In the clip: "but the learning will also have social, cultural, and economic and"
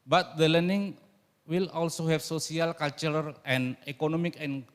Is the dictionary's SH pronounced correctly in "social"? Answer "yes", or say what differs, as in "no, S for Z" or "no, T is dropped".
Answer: no, S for SH